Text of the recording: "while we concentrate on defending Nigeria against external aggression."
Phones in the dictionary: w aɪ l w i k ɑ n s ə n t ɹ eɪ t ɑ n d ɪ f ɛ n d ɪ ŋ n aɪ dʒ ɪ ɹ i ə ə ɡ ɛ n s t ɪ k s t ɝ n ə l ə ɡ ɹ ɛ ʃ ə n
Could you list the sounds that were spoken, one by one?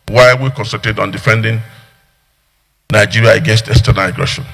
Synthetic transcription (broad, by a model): w aɪ w i k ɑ n s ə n t eɪ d ɑ n d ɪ f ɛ n d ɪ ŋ n aɪ dʒ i ɹ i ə ə ɡ ɛ n s t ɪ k s t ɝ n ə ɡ ɹ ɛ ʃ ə n